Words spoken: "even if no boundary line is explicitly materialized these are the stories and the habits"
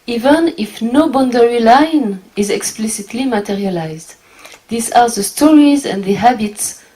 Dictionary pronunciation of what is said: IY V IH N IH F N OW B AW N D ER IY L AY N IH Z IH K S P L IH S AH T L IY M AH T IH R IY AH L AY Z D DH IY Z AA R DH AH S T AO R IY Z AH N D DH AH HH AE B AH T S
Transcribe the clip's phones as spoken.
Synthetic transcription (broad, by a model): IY V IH N IH F N OW B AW N D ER IY L AY N IH Z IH K S P L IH S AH T L IY M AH T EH R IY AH L AY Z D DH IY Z AA R DH AH S T AO R IY Z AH N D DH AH HH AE B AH T S